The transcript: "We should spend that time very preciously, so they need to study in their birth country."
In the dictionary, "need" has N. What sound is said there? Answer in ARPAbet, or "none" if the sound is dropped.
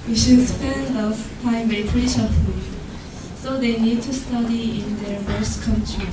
N